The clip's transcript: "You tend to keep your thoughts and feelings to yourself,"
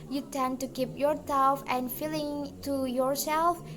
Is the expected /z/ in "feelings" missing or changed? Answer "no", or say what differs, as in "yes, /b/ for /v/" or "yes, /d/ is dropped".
yes, /z/ is dropped